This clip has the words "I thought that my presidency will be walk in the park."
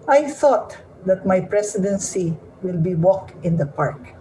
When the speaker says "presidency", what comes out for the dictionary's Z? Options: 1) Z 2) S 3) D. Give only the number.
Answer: 2